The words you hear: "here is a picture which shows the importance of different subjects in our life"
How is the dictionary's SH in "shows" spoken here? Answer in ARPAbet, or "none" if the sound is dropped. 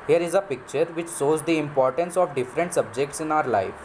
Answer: S